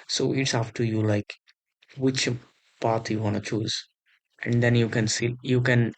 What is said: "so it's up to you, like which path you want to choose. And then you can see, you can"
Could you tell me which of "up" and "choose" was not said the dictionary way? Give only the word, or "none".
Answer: up